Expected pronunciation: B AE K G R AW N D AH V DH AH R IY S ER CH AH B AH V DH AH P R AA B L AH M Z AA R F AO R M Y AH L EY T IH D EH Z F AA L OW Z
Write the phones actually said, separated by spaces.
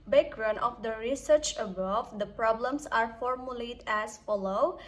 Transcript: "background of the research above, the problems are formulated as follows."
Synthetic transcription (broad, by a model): B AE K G R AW N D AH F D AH R IY S ER CH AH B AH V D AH P R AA B L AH M S AA R F AO R M Y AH L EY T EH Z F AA L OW